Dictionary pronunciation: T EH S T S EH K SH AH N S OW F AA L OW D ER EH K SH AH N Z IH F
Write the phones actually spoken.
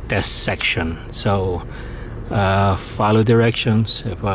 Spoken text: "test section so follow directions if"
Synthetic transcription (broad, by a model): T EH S S EH K SH AH N S OW F AA L OW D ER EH K SH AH N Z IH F